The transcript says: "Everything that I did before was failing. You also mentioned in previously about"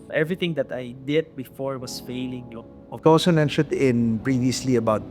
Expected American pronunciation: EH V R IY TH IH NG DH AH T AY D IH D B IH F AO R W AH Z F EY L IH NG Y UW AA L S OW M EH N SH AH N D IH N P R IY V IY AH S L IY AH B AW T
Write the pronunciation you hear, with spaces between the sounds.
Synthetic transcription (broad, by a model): EH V R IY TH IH NG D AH T AY D IH D B IH F AO R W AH S F EY L IH NG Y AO AA L S OW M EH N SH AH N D IH N P R IY V IY AH S L IY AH B AW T